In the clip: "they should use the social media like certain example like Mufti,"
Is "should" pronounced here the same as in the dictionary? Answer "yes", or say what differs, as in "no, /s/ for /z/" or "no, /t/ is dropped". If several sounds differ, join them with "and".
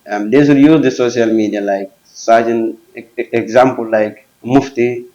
no, /s/ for /ʃ/